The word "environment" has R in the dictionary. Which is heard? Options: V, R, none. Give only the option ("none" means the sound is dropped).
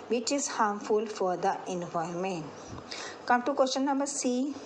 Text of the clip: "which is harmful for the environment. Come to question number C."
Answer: none